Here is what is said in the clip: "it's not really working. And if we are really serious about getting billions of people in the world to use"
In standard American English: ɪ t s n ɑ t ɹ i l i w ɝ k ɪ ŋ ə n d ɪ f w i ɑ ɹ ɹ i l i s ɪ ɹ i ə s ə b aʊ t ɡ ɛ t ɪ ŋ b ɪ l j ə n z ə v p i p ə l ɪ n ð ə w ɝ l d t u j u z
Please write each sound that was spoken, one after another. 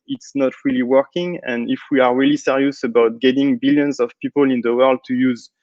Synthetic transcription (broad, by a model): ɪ t s n ɑ t ɹ i l i w ɝ k ɪ ŋ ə n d ɪ f w i ɑ ɹ ɹ i l i s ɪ ɹ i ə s ə b aʊ t ɡ ɛ t ɪ ŋ b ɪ l j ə n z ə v p i p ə l ɪ n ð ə w ɝ l d t u j u z